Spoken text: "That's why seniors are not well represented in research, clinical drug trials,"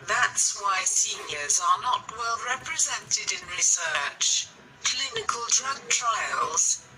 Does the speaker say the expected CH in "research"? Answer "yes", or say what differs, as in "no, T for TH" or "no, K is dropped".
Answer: yes